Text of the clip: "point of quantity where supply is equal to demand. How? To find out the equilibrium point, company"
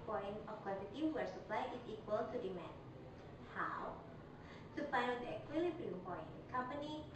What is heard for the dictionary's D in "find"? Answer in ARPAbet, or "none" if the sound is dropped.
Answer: none